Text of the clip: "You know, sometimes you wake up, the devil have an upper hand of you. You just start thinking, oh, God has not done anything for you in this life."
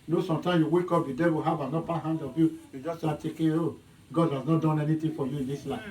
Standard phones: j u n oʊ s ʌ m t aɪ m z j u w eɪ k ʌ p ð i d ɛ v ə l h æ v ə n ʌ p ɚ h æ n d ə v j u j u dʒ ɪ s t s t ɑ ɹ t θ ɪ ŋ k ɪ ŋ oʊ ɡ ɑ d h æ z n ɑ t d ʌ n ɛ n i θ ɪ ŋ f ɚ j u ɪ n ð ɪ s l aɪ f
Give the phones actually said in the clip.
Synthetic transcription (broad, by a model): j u n oʊ s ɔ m t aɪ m j u w eɪ k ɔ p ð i d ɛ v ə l h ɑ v ə n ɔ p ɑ h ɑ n d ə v j u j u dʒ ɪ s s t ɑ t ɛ k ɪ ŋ oʊ ɡ ɑ d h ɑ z n ɑ t d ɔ n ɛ n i t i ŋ f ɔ j u ɪ n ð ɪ s l aɪ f